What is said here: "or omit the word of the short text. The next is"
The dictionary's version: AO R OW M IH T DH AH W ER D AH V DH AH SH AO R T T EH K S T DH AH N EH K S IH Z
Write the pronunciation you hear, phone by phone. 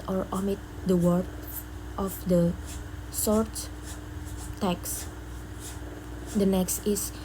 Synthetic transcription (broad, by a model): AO R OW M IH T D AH W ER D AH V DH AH S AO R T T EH K S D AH N EH K S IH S